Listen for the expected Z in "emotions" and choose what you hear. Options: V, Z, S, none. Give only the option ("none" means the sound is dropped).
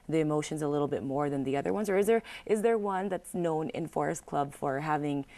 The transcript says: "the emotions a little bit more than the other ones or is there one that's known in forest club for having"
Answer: Z